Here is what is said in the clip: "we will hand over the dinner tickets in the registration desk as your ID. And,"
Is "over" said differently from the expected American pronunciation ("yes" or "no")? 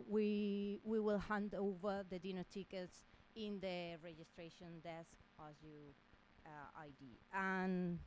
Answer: no